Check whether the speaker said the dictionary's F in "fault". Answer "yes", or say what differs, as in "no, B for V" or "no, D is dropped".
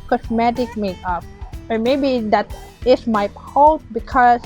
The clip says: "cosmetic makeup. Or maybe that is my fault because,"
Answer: no, P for F